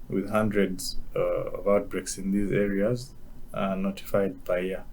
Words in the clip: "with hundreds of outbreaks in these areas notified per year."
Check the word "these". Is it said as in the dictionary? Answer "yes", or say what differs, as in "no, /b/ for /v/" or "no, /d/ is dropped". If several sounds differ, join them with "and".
yes